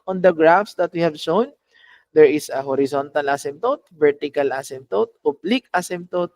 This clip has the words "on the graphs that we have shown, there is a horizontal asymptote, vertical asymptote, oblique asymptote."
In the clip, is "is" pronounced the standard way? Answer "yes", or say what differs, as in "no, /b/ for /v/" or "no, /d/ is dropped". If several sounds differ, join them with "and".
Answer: no, /s/ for /z/